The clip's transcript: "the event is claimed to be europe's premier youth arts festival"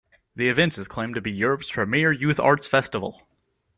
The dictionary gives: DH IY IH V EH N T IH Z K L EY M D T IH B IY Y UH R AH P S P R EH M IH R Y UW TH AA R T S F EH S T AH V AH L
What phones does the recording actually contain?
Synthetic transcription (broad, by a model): DH IY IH V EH N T IH Z K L EY M T IH B IY Y UH R AH P S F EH M IH R Y UW TH AA R T S F EH S T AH V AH L